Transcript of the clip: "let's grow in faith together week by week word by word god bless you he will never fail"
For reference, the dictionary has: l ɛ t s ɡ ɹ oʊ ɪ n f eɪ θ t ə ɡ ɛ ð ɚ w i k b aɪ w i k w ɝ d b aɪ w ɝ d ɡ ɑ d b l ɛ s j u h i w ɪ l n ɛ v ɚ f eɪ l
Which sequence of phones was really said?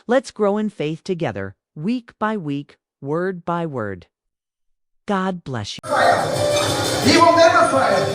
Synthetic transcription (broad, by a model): l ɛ t s ɡ ɹ oʊ ɪ n f eɪ θ t ə ɡ ɛ ð ɚ w i k b aɪ w i k w ɝ d b aɪ w ɝ d ɡ ɑ d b l ɛ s j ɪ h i w ɪ l n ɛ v ɚ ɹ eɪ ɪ